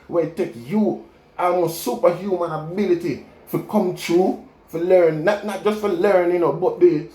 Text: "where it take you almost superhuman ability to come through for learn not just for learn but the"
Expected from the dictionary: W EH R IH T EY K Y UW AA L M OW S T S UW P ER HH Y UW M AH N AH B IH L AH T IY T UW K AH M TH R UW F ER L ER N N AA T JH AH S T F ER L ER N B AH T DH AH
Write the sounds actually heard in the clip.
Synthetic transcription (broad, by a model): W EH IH T EY K Y UW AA M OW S S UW P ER HH Y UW M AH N AH B IH L AH T IY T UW K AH M T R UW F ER L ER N N AA T JH AH S T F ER L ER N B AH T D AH